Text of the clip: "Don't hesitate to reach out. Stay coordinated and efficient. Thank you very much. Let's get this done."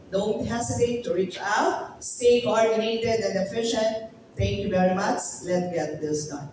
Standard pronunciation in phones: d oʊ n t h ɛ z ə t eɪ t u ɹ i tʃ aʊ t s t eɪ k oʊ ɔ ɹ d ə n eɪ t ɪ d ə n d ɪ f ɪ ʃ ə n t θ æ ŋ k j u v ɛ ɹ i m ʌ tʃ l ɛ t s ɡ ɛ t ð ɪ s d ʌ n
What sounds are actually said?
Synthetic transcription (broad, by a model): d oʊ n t h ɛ s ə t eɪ t u ɹ i tʃ aʊ t s t eɪ k oʊ ɔ ɹ d ə n eɪ t ɪ d ə n d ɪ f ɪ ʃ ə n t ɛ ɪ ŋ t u b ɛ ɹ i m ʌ s l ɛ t ɡ ɛ t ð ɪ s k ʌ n